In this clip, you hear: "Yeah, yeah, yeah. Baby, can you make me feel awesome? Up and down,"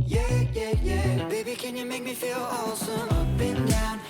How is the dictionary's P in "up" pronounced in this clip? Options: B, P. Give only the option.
B